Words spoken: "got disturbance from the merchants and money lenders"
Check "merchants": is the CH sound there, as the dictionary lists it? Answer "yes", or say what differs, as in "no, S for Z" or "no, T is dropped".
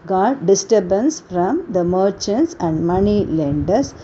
yes